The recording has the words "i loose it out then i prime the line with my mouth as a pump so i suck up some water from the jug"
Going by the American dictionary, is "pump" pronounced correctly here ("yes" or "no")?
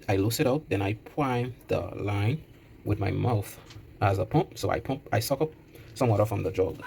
yes